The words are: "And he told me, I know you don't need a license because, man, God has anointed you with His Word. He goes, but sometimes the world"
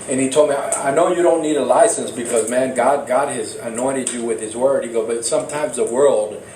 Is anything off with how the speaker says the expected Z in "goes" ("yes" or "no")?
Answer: yes